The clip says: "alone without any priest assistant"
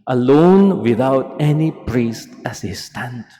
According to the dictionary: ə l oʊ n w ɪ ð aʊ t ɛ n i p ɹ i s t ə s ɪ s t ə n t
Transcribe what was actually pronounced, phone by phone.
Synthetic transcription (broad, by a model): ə l oʊ n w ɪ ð aʊ t ɛ n i p ɹ i s t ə s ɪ s t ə n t